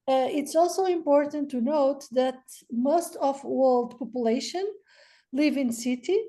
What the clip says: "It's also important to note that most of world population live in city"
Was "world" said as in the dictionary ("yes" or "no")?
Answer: yes